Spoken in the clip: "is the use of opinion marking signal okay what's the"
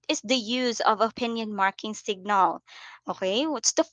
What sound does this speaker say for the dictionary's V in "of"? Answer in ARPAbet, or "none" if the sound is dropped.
V